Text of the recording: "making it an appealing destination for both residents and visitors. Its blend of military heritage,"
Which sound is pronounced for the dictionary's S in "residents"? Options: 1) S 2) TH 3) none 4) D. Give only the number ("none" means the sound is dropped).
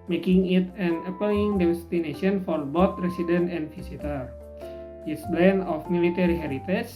3